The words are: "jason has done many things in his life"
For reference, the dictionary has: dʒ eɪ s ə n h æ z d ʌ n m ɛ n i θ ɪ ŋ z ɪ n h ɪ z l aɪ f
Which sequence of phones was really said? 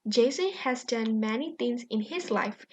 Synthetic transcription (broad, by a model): dʒ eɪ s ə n h æ z d ʌ n m ɛ n i t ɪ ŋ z ɪ n h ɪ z l aɪ f